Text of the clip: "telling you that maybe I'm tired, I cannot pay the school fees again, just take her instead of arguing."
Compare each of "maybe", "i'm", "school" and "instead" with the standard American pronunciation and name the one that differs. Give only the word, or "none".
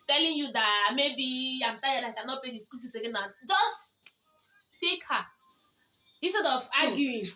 instead